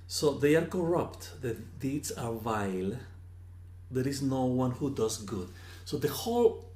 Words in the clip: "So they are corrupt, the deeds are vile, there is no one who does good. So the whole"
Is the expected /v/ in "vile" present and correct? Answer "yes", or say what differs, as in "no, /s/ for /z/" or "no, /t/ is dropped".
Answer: yes